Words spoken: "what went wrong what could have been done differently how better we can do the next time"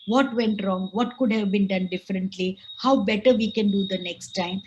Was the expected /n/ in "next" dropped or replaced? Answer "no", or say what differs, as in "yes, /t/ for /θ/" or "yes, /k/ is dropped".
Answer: no